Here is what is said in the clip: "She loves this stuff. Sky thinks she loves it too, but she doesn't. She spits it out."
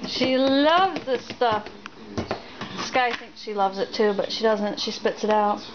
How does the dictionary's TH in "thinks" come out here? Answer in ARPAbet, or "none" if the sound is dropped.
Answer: TH